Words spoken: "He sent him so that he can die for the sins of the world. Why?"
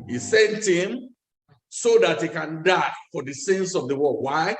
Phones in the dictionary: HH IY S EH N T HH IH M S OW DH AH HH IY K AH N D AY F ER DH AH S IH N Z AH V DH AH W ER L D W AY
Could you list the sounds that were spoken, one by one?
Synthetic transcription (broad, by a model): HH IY S EH N T HH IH M S OW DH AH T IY K AH N D AY F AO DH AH S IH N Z AH V DH AH W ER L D W AY